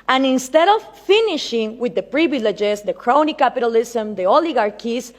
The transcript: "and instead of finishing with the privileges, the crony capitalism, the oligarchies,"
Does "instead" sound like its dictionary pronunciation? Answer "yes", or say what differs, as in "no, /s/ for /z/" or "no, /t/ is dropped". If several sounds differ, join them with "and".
yes